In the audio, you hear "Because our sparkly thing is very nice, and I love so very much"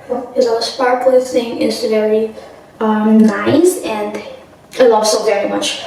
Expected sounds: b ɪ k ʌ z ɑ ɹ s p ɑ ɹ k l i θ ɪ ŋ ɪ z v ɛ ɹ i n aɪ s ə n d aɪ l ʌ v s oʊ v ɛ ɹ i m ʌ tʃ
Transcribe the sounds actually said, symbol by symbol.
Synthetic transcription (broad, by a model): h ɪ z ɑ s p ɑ ɹ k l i s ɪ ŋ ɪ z v ɛ ɹ i n aɪ s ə n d aɪ l ʌ v s oʊ v ɛ ɹ i m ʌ tʃ